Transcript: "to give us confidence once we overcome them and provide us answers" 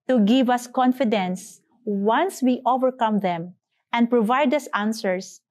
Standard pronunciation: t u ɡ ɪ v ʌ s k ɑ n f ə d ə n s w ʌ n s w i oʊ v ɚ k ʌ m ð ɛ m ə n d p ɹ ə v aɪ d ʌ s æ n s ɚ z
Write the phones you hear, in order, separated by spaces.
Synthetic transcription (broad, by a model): t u ɡ ɪ v ʌ s k ɑ n f ə d ə n s w ʌ n s w i oʊ v ɚ k ʌ m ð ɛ m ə n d p ɹ ə v aɪ d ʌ s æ n s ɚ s